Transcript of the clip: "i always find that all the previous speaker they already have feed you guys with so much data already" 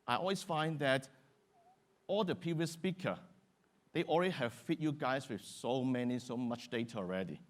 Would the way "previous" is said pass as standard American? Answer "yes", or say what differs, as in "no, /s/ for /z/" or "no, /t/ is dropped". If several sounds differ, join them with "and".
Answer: no, /ɹ/ is dropped